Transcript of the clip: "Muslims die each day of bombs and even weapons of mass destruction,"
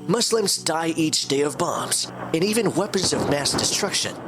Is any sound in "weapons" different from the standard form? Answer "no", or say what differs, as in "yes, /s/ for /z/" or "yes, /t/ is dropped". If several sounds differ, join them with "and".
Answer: no